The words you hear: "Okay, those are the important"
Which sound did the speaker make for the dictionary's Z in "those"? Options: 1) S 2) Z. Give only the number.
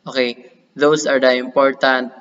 1